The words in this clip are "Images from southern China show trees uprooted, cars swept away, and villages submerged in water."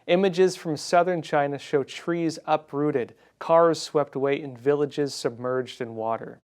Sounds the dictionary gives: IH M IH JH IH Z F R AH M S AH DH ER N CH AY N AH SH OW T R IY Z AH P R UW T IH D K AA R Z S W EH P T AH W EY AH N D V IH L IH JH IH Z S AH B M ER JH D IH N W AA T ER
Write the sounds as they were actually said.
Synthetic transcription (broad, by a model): IH M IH JH IH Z F R AH M S AH DH ER N CH AY N AH SH OW T R IY Z AH P R UW T IH D K AA R Z S W EH P T AH W EY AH N V IH L IH JH IH Z S AH B M ER JH D IH N W AA T ER